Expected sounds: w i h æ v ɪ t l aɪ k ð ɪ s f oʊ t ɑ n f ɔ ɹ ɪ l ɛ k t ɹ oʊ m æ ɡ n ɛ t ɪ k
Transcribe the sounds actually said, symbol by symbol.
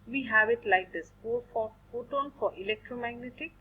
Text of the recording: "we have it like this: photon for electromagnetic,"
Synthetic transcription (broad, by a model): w i h æ v ɪ t l aɪ k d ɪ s p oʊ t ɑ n f ɔ ɹ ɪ l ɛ k t ɹ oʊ m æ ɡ n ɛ t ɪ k